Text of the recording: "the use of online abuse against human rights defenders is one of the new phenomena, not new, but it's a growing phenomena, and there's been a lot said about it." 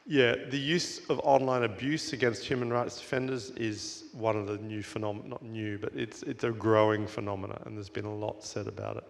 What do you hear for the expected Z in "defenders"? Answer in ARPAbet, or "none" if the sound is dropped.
Z